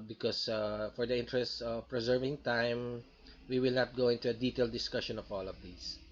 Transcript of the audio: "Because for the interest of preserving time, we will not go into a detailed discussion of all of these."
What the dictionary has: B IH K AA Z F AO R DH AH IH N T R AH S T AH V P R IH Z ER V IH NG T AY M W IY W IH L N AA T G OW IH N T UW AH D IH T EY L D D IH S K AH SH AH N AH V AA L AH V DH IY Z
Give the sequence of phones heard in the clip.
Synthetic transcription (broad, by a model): B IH K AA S F AO R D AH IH N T R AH S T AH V P R IH Z ER V IH NG T AY M W IY W IH L N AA T G OW IH N T UW AH D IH T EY L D D IH S K AH SH AH N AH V AA L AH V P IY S